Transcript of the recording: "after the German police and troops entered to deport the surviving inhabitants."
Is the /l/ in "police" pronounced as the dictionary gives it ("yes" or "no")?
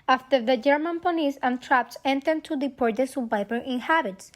no